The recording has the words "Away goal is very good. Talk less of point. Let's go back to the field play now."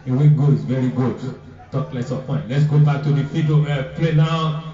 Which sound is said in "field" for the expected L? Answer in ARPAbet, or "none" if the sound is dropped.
none